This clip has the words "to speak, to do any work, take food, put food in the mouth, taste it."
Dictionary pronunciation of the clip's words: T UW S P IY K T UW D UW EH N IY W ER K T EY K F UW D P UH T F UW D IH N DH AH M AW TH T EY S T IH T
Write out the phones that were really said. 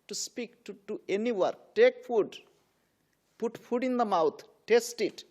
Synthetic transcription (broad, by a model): T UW S P IY K T UW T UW EH N IY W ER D T EY K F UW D P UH T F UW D IH N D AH M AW T T EY S T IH T